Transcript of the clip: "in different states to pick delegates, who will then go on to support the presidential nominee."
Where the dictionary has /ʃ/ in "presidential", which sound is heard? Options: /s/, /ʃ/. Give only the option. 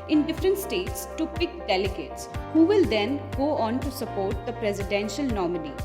/ʃ/